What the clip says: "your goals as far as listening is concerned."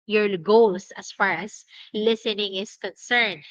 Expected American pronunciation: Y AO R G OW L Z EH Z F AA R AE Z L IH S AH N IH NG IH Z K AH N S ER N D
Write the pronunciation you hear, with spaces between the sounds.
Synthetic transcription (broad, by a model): Y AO R G OW L S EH S F AA R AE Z L IH S AH N IH NG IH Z K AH N S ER N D